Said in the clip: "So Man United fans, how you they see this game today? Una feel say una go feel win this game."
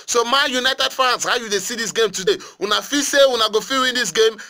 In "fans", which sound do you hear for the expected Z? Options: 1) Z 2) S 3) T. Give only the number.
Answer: 2